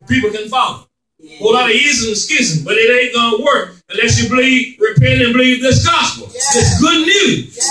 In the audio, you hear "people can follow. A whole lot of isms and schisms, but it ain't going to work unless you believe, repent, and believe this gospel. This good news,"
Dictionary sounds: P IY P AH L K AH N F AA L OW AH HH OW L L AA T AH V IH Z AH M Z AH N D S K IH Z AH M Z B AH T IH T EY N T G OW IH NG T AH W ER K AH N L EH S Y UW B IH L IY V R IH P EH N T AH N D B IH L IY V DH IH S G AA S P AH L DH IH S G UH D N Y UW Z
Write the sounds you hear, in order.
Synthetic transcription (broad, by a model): P IY P L K AH N F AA AH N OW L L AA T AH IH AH Z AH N S K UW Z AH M B AH T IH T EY T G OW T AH W ER K AH N L EH S Y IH B IH L IY V R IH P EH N AH N B IH L IY V DH IH S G AA S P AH L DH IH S G UH D N Y UW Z